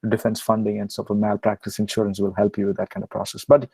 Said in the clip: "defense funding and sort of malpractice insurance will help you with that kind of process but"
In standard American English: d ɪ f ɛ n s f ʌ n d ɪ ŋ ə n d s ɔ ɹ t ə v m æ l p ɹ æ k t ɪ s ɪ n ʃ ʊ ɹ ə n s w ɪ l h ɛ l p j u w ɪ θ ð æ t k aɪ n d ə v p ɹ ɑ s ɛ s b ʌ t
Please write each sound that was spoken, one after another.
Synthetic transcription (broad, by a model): d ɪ f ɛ n s f ʌ n d ɪ ŋ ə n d s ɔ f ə m æ l p ɹ æ k t ɪ s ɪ n ʃ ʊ ɹ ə n s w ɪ l h ɛ l p j u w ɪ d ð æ t k aɪ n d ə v p ɹ ɑ s ɛ s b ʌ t